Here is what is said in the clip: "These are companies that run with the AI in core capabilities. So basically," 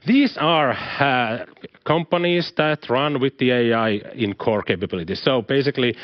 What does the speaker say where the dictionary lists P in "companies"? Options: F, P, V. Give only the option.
P